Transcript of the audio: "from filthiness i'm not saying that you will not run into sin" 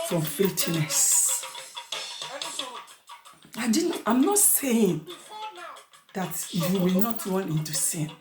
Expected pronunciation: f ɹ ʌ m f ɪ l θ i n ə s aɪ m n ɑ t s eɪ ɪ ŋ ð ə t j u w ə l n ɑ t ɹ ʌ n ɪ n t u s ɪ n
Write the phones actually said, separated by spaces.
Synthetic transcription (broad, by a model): f ɹ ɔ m f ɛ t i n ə s aɪ m n ɑ t s eɪ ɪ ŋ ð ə t j u w ə l n ɑ t ɹ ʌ n ɪ n t u s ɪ n